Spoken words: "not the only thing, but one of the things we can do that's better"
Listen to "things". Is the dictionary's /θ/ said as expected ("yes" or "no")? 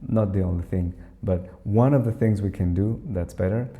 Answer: yes